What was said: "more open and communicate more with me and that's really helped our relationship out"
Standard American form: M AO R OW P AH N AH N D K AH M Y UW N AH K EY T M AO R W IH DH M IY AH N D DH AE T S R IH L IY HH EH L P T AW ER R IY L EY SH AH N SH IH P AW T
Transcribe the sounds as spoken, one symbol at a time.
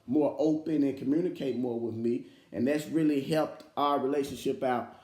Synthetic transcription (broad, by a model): M AO R OW P AH N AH N K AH M Y UW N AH K EY T M AO R W IH DH M IY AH N DH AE T S R IH L IY HH EH L P T AW ER R IY L EY SH AH N SH IH P AW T